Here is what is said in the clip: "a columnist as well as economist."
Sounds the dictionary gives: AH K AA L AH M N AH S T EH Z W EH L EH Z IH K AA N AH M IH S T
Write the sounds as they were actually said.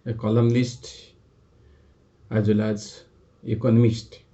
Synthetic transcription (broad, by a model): K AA L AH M L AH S T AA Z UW L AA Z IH K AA N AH M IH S T